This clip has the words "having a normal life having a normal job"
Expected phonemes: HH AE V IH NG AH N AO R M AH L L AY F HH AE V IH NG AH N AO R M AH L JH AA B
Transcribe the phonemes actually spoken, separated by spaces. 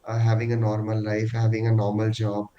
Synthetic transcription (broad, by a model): HH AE V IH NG AH N AO R M AH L L AY F HH AE V IH NG AH N AO R M AH L JH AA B